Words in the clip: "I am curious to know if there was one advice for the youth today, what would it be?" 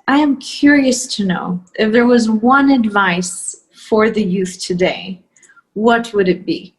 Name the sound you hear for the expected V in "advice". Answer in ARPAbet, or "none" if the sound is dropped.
V